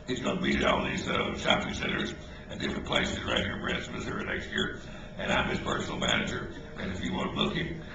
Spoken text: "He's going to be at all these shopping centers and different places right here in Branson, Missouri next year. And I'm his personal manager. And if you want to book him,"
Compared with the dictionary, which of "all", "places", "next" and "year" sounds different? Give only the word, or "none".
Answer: none